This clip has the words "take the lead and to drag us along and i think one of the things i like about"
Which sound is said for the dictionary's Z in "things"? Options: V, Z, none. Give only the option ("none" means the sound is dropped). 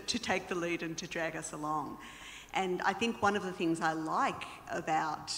Z